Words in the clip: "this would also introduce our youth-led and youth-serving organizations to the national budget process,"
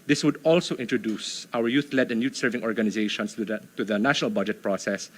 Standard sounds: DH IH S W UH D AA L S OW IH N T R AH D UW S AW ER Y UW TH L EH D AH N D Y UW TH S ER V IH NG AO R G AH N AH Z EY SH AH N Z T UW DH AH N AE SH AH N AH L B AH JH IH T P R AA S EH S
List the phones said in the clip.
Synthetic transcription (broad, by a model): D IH S W UH D AA L S OW IH N T R AH D UW S AW ER Y UW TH L EH D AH N Y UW T S ER V IH NG AO R G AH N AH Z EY SH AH N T T UW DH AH N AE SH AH N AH L B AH JH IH T P R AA S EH S